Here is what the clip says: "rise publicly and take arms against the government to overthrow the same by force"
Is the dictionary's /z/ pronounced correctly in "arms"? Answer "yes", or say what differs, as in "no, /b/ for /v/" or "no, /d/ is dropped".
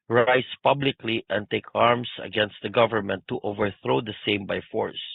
no, /s/ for /z/